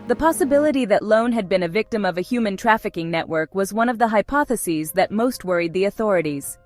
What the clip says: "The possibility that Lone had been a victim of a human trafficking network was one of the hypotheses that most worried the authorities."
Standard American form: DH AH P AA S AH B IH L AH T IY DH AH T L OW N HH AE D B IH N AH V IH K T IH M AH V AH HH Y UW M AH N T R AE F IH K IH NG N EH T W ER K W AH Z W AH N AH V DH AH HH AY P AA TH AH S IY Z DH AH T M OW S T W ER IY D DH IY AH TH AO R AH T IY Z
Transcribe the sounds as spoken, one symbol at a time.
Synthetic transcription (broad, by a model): DH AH P AA S AH B IH L AH T IY DH AH T L OW N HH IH D B IH N AH V IH K T IH M AH V AH HH Y UW M AH N T R AE F IH K IH NG N EH T W ER K W AH Z W AH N AH V DH AH HH AY P AA TH AH S IY Z DH AH T M OW S T W ER IY D DH IY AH TH AO R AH T IY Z